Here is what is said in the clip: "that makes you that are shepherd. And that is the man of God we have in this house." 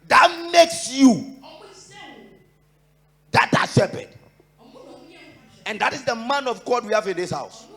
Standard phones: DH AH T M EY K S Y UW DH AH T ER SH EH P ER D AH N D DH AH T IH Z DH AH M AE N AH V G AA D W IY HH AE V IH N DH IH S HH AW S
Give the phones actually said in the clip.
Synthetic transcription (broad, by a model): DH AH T M EY K S Y UW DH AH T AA S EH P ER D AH N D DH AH T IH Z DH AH M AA N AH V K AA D W IY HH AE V IH N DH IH S HH AW S